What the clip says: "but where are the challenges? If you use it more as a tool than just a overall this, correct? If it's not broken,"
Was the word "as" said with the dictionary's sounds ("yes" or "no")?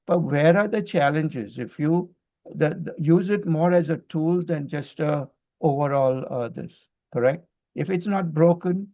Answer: yes